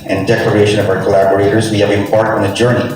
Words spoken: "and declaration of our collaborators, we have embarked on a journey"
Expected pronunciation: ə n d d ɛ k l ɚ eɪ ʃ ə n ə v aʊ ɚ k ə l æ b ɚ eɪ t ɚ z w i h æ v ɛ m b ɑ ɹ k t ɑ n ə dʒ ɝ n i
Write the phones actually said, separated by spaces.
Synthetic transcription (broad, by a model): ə n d d ɛ k l ɚ eɪ ʃ ə n ə v aʊ ɚ k ə l æ b ɚ eɪ t ɚ z w i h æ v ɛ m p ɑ ɹ t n ə dʒ ɝ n i